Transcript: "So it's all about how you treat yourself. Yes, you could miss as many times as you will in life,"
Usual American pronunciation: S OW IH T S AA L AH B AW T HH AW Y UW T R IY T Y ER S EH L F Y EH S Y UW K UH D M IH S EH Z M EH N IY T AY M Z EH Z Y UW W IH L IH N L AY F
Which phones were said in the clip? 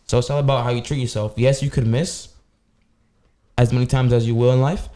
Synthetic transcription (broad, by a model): S OW IH T S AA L AH B AW T HH AW Y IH T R IY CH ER S EH L F Y EH S Y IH K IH D M IH S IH Z M EH N IY T AY M Z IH Z Y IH W IH L IH N L AY F